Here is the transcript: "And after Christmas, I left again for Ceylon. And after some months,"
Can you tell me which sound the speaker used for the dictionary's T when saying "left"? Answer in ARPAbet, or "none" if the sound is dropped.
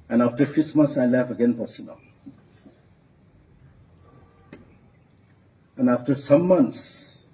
none